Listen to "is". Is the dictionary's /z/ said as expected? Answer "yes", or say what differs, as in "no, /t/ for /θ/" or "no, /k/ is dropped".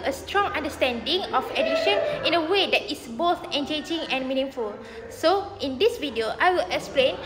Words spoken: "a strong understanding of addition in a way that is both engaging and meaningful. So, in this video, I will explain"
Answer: no, /s/ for /z/